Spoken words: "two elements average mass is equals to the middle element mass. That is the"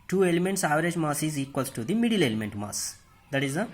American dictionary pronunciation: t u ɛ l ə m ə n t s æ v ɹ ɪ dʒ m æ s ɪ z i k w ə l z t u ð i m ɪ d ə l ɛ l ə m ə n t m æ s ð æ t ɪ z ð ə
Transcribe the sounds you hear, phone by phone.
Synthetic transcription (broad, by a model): t u ɛ l ə m ə n t s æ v ɹ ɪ dʒ m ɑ s ɪ z i k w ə l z t u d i m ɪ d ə l ɛ l ə m ə n t m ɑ s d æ t ɪ z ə